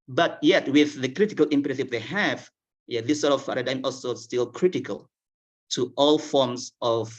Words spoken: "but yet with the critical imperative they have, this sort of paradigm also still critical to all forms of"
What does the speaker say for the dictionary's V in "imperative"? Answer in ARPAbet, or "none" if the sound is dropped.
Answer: P